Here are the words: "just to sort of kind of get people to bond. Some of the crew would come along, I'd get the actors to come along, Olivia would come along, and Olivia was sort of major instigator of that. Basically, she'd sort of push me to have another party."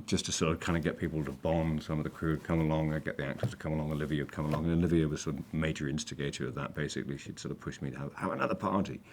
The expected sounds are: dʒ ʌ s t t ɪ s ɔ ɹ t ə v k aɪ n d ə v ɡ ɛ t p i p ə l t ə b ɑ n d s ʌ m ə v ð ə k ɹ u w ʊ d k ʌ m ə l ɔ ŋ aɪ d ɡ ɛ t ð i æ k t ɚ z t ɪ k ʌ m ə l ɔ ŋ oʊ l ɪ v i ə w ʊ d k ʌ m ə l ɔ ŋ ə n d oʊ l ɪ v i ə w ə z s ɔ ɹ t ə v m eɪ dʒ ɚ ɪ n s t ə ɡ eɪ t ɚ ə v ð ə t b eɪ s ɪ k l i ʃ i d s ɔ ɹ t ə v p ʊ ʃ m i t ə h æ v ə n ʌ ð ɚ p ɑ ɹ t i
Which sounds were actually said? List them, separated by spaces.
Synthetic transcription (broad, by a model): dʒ ʌ s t t ɪ s ɔ ɹ t ə v k aɪ n d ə ɡ ɛ t p i p l t ə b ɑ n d s ʌ m ə v ð ə k ɹ u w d k ʌ m ə l ɔ ŋ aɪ ɡ ɛ t ð i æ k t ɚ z t ɪ k ʌ m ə l ɔ ŋ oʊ l ɪ v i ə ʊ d k ʌ m ə l ɔ ŋ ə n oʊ l ɪ v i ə w ə z s ɔ ɹ t ə v m eɪ dʒ ɚ ɪ n s t ə ɡ eɪ t ɚ ə v ð ə t b eɪ s ɪ k l i ʃ i d s ɔ ɹ t ə v p ʊ ʃ m i t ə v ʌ v ə n ʌ ð ɚ p ɑ ɹ t i